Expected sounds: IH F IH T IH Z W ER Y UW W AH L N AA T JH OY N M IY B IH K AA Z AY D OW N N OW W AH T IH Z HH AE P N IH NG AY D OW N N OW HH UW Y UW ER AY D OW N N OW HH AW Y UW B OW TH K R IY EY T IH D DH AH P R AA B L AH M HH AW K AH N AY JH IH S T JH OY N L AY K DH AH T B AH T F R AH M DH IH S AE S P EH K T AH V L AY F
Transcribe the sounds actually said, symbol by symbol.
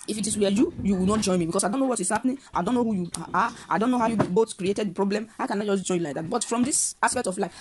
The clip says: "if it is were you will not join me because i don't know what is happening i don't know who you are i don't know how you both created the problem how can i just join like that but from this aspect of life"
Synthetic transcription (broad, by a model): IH F IH T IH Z W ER Y UW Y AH W N AA T JH OY N M IY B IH K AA S AY D OW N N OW W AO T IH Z HH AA P N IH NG AY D OW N N OW HH UW Y UW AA AY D OW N N OW HH AW Y UW B OW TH K R IY EY T IH D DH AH P R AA B L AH M HH AW K AH N AY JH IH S JH OY N L AY K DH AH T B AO T F R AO M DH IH S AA S P EH K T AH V L AY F